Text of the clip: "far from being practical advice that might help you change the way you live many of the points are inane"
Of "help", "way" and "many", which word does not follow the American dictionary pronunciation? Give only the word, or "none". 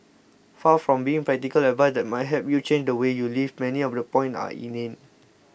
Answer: help